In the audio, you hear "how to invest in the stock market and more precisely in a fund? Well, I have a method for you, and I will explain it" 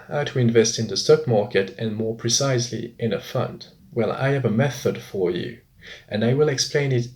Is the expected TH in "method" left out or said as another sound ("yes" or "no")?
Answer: no